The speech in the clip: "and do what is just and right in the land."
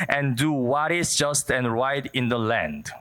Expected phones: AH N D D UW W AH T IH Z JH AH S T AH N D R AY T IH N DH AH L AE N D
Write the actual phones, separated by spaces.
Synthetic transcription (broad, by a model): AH N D D UW W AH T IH S JH AH S T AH N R AY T IH N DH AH L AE N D